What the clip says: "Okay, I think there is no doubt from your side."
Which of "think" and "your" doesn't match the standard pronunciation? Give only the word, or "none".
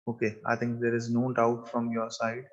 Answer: think